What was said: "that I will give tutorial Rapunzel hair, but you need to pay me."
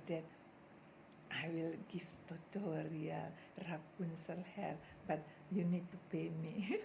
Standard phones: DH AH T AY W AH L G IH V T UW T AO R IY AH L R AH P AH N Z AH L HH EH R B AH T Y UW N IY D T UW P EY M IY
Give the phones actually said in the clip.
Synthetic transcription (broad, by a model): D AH T AY W AH L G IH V T UW T AO R IY AH L R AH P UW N S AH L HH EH L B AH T Y UW N IY D T UW P EY M IY